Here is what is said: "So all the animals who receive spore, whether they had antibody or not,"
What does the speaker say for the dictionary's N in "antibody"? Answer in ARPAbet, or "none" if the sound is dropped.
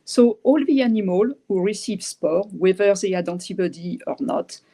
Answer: none